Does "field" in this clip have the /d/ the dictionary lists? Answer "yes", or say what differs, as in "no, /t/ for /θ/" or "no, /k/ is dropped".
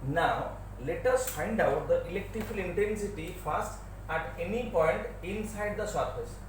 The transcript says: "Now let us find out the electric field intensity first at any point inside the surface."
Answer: no, /d/ is dropped